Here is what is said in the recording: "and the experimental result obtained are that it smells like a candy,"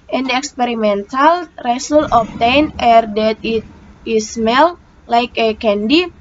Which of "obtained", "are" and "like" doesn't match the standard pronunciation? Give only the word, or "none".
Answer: obtained